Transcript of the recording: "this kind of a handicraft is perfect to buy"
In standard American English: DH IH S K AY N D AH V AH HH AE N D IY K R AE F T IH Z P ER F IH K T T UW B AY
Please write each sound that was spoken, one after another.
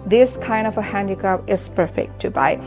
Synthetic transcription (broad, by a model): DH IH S K AY N D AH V AH HH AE N D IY K AE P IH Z P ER F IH K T T UW B AY